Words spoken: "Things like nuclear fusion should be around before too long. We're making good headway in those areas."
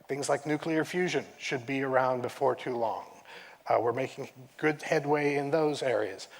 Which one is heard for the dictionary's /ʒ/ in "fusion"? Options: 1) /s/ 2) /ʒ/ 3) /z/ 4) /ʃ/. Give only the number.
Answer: 2